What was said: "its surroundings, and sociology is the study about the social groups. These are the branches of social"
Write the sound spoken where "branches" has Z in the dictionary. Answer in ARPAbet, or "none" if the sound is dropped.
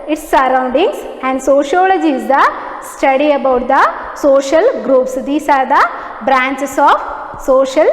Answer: S